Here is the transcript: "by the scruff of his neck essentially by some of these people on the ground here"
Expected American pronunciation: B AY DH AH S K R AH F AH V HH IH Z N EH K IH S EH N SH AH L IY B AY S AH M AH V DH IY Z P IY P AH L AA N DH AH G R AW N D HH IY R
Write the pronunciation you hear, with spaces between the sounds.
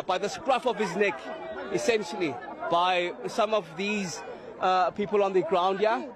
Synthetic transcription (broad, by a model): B AY DH AH S K R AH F AH V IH Z N EH K IH S EH N SH AH L IY B AY S AH M AH V DH IY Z P IY P AH L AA N DH AH G R AW N D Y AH